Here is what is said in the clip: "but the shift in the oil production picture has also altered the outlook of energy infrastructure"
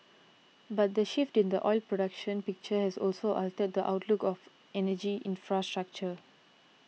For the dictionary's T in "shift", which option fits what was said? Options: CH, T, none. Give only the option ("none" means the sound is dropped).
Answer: T